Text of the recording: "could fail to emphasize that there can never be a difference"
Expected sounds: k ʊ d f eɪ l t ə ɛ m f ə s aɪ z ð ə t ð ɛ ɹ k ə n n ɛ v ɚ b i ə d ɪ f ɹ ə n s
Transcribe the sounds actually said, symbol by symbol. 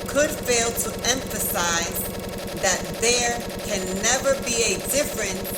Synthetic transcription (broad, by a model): k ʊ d f eɪ l t ə ɛ m f ə s aɪ z ð ə t ð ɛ ɹ k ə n n ɛ v ɚ b i ə d ɪ f ɹ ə n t